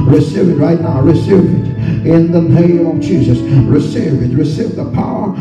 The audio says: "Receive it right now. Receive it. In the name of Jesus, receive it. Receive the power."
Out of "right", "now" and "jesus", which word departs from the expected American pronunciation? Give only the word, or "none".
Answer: none